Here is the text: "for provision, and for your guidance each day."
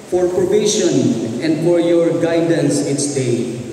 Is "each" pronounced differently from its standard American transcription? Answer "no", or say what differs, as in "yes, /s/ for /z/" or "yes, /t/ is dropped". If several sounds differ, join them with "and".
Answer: yes, /s/ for /tʃ/